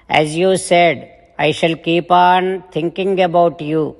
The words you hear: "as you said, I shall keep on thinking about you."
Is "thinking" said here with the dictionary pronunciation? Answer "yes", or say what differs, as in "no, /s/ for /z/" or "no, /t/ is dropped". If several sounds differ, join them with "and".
no, /t/ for /θ/